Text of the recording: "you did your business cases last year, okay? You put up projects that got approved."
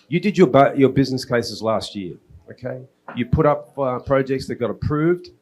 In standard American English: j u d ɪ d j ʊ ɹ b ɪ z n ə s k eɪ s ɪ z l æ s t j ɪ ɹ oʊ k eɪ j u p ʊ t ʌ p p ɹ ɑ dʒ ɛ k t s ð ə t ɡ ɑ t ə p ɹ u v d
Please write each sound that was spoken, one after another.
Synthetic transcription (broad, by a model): j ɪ d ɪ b j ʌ ɹ b ɪ z n ə s k eɪ s ɪ z l æ s t j ɪ ɹ oʊ k eɪ j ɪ p ʊ t ʌ p p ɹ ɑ dʒ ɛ k t s ð ə t ɡ ɑ t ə p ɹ u v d